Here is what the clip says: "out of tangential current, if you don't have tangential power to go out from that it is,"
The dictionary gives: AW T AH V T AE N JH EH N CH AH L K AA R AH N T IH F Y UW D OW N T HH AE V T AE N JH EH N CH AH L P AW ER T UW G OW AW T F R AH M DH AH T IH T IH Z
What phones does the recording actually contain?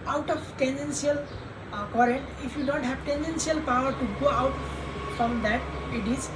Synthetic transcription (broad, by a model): AW T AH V T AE N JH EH N S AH L K AA R AH N T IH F Y UW D OW N T HH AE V T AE N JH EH N S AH L P AW ER T UW G OW AW T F R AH M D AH T IH T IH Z